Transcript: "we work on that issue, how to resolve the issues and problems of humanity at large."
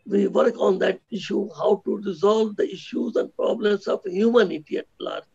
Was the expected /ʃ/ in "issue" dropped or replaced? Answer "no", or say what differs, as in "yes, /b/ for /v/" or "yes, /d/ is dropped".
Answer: no